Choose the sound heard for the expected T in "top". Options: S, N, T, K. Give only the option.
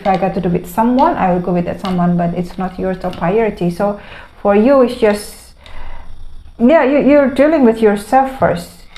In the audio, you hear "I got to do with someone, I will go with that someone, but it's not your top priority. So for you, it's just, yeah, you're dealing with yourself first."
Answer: S